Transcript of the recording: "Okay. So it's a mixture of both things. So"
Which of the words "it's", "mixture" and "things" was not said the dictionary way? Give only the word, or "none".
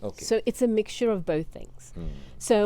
none